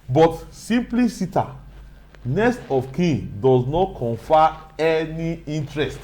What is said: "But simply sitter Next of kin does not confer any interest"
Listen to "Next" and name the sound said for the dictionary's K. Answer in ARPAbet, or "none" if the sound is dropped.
none